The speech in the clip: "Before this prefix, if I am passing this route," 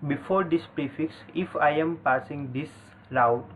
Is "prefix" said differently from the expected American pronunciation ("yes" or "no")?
no